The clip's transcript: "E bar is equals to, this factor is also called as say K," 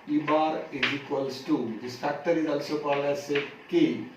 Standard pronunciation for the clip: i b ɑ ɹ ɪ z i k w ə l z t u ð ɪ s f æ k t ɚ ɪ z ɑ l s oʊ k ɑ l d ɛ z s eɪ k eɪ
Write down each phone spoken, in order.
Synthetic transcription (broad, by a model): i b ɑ ɹ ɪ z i k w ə l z t u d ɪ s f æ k t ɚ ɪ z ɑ l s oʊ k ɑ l ɛ s eɪ k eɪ